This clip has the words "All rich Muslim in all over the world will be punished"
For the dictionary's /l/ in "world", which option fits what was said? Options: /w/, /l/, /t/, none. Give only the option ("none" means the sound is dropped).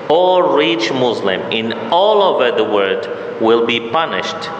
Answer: none